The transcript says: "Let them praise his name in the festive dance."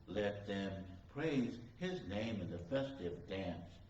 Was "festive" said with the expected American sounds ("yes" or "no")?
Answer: yes